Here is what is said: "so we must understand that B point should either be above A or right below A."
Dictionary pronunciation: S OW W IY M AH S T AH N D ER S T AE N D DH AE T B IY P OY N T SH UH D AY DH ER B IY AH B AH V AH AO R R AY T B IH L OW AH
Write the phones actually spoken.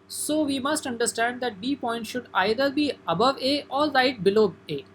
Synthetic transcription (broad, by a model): S OW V IY M AH S T AH N D ER S T AE N D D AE T B IY P OY N T SH UH D AY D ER B IY AH B AH V AH AO R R AY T B IH L OW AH